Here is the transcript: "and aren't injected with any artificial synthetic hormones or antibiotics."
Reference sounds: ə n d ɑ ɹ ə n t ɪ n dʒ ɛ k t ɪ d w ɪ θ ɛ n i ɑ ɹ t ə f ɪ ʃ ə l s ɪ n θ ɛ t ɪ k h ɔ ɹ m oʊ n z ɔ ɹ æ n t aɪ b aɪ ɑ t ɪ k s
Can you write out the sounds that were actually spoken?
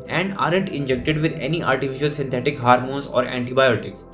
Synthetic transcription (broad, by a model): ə n d ɑ ɹ ə n t ɪ n dʒ ɛ k t ɪ d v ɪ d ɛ n i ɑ l t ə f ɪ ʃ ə l s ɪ n t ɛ t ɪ k h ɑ ɹ m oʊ n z ɔ ɹ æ n t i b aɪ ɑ t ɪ k s